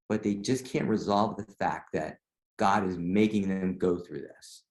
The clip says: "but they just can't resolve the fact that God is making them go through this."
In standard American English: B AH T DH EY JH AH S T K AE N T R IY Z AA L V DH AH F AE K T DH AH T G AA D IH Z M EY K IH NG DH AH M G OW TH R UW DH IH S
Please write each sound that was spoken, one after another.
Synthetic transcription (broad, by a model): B AH T DH EY JH AH S K AE N T R IY Z AA L V DH AH F AE K T DH AH T G AA D IH Z M EY K IH NG DH AH M G OW TH R UW DH IH S